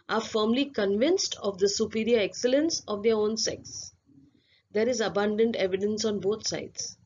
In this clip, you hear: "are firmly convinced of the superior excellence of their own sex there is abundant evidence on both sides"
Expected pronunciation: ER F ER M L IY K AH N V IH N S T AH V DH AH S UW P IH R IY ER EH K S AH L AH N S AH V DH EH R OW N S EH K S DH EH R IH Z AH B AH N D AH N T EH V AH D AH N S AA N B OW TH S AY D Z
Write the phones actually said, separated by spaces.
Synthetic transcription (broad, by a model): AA F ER M L IY K AH N V IH N S T AH V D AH S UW P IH R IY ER EH K S AH L AH N S AH V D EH R OW N S EH K S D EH R IH Z AH B AH N D AH N T EH V AH D AH N S AA N B OW T S AY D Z